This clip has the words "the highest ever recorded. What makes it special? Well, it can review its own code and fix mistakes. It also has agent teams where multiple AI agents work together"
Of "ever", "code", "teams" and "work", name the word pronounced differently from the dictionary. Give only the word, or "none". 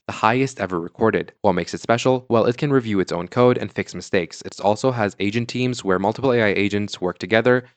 none